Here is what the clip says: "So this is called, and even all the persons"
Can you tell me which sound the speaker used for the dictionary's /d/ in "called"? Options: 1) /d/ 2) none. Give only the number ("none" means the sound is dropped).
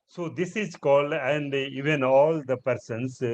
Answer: 1